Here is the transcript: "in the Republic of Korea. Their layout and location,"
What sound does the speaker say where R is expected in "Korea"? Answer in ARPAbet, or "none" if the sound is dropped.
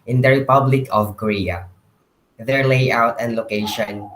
R